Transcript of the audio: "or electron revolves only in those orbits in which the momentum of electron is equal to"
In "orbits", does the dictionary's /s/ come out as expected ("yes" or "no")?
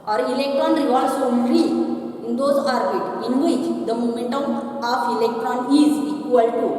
no